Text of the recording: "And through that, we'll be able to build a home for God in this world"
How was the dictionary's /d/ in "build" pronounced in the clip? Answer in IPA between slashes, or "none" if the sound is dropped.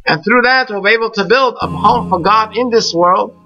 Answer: /d/